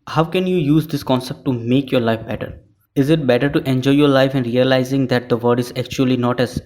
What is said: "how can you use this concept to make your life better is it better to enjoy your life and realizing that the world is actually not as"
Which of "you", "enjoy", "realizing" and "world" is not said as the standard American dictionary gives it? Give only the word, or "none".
world